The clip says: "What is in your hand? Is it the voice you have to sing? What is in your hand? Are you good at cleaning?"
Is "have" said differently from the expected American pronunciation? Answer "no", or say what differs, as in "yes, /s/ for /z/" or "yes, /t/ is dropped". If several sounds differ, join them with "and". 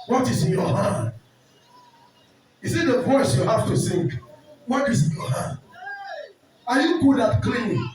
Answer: yes, /f/ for /v/